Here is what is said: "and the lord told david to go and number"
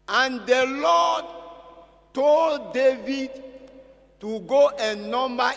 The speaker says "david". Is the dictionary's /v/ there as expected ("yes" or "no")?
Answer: yes